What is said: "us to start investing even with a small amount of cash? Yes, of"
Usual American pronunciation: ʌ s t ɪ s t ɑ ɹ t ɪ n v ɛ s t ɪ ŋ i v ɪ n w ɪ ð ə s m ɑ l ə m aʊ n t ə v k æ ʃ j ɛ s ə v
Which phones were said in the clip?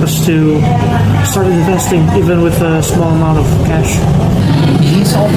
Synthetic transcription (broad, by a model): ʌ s t ɪ s t ɑ ɹ t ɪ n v ɛ s t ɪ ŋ i v ɪ n w ɪ ð ə s m ɑ l ə m aʊ n t ə v k æ ʃ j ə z